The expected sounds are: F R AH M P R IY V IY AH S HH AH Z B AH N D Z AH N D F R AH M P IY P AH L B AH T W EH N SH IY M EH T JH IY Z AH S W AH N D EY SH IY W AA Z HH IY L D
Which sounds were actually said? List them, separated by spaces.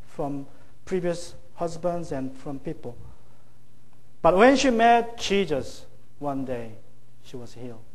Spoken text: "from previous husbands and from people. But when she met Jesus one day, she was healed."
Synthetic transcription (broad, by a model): F R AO M P R IY V IY AH S HH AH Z B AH N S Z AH N F R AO M P IY P AH L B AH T W EH N SH IY M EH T CH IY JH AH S W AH N D EY SH IY W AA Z HH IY L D